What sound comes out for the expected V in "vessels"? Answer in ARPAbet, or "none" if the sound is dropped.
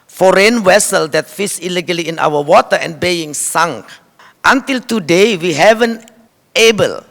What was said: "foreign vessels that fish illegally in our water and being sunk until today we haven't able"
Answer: W